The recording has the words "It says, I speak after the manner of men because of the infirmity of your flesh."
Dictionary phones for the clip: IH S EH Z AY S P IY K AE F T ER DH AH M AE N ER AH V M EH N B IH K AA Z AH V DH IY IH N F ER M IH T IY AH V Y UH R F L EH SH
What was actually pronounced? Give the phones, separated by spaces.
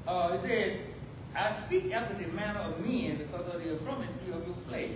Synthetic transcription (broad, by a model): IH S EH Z AY S P IY K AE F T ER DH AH M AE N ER AH V M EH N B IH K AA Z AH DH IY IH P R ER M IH S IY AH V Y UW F L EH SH